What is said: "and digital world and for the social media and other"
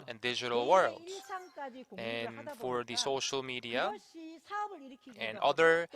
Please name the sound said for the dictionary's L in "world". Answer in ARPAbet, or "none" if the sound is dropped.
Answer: L